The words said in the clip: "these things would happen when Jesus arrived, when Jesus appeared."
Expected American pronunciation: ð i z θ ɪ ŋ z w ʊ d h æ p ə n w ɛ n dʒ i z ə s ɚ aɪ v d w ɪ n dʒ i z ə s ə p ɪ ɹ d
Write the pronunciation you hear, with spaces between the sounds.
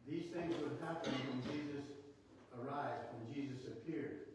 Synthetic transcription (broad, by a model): ð i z θ ɪ ŋ z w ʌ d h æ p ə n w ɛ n dʒ i z ə s ɚ aɪ v d w ɪ n dʒ i z ə s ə p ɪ ɹ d